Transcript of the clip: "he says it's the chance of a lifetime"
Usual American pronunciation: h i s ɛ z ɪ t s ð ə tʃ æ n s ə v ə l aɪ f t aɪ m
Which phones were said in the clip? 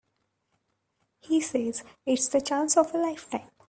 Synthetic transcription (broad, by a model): h i s ɛ z ɪ t s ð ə tʃ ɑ n s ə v ə l aɪ f t aɪ m